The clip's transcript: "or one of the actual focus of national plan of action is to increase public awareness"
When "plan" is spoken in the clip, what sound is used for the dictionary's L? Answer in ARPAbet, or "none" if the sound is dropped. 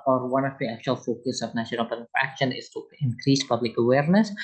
none